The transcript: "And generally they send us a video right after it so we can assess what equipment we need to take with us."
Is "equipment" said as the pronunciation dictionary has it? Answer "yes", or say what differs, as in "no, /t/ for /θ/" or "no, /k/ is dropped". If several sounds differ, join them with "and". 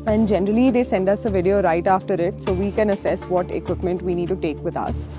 yes